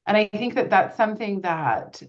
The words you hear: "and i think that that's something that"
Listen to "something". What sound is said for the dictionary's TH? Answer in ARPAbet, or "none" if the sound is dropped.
TH